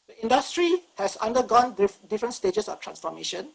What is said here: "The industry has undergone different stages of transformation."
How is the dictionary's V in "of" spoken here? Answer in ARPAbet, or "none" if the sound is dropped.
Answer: F